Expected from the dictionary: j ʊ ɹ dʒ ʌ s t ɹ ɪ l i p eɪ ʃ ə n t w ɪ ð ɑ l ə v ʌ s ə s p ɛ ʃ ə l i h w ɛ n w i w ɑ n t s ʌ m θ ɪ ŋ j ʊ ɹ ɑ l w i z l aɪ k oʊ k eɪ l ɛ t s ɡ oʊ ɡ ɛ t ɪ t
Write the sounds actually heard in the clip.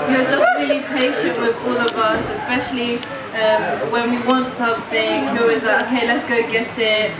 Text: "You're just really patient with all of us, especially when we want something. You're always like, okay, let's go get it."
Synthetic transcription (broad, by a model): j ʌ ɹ dʒ ʌ s t ɹ ɪ l i p eɪ ʃ ə n t w ɪ ð ɑ l ə v ʌ s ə s p ɛ ʃ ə l i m w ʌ n w i w ɑ n t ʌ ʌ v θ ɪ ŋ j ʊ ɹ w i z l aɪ oʊ k eɪ l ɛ t s ɡ oʊ ɡ ɛ t ɪ t